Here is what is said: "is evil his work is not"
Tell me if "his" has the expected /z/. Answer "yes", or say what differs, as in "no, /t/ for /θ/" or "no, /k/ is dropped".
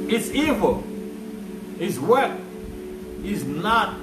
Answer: no, /s/ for /z/